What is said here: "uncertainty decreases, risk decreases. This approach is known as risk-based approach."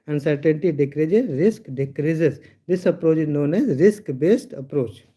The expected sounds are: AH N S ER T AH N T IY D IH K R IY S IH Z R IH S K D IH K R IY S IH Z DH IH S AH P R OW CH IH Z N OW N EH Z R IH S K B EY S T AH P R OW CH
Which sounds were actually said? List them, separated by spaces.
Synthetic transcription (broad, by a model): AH N S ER T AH N T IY D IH K R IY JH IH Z R IH S K D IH K R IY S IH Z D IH S AH P R OW CH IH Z N OW N EH Z R IH S K B EY S T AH P R OW CH